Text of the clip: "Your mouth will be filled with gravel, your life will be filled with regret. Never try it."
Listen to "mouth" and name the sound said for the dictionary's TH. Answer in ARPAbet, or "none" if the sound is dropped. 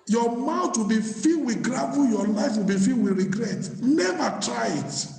T